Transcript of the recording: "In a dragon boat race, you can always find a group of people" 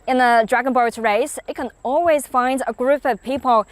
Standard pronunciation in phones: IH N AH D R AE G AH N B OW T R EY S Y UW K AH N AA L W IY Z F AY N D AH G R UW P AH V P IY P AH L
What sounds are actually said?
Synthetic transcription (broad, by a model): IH N AH D R AE G AH N B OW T R EY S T K AH N AA L W IY Z F AY N D AH G R UW P AH V P IY P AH L